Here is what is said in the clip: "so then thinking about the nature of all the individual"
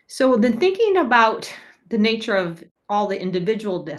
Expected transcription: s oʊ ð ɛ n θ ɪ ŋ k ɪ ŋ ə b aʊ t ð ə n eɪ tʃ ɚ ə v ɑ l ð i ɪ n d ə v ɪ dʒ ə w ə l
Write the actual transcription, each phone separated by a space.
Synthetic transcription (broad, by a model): s oʊ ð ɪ n θ ɪ ŋ k ɪ ŋ ə b aʊ t ð ə n eɪ tʃ ɚ ə v ɑ l ð i ɪ n d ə v ɪ dʒ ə w l